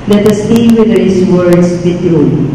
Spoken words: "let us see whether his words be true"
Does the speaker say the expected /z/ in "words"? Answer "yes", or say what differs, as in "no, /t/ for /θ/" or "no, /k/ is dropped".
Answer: no, /s/ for /z/